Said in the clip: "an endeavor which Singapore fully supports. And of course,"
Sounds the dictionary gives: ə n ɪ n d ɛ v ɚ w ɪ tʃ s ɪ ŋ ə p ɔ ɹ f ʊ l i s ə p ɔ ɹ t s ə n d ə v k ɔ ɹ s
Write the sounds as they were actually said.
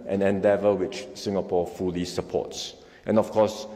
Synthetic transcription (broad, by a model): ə n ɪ n d ɛ v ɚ w ɪ tʃ s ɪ ŋ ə p ɔ f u l i s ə p ɔ t s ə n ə f k ɔ s